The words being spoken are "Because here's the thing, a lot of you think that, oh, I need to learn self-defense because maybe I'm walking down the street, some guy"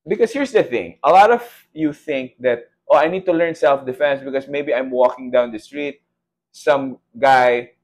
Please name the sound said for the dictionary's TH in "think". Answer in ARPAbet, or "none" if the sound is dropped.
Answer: TH